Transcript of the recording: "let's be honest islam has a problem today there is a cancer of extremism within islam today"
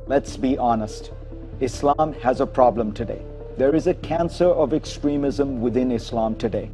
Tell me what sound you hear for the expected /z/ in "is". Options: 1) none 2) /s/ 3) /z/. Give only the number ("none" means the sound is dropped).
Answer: 3